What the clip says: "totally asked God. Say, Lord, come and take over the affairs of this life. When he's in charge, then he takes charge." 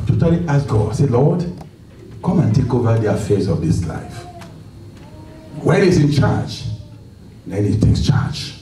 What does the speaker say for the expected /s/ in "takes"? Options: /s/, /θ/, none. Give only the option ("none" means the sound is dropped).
/s/